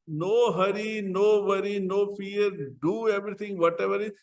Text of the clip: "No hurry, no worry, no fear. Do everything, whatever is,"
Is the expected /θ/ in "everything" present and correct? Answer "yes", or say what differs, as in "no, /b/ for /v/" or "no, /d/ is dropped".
no, /t/ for /θ/